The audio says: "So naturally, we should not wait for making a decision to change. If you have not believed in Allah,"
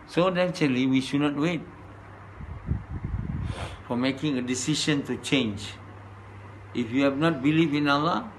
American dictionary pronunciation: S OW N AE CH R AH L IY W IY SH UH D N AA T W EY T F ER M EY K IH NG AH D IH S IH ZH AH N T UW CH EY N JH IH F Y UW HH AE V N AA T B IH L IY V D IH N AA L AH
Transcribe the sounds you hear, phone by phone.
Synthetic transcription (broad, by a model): S OW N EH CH AH L IY W IY SH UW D N AA T W EY T F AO M EY K IH NG AH D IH S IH SH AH N T UW CH EY N JH IH F Y UW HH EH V N AA T B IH L IY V IH N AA L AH